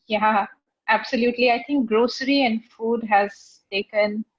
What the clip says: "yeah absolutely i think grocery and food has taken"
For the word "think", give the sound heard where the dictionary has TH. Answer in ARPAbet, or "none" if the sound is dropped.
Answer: T